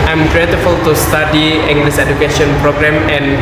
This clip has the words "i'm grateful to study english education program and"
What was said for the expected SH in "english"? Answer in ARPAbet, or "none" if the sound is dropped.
S